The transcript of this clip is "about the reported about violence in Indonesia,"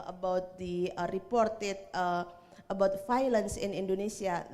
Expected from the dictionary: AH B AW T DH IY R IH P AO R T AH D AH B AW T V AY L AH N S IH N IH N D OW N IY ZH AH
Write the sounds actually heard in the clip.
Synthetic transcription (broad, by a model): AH B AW T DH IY R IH P AO R T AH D AH B AW T F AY L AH N S IH N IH N D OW N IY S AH